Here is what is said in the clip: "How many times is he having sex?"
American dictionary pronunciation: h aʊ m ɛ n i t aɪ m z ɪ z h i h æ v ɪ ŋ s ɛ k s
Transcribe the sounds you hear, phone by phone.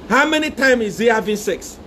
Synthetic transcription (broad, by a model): h aʊ m ɛ n i t aɪ m ɪ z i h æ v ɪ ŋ s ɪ k s